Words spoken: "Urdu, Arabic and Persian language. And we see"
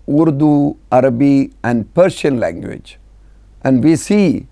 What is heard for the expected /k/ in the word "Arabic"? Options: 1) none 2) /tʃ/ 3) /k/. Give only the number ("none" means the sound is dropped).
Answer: 1